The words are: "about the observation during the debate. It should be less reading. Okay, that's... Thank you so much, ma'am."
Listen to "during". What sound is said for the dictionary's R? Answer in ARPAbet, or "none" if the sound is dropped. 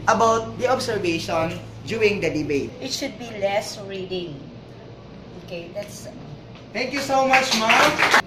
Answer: none